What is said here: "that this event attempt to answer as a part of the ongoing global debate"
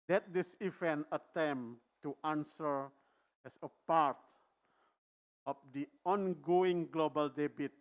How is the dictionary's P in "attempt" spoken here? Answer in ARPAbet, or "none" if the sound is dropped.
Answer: none